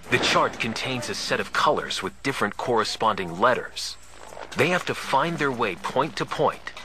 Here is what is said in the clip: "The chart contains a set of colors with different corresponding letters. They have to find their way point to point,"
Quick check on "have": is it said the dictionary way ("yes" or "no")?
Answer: no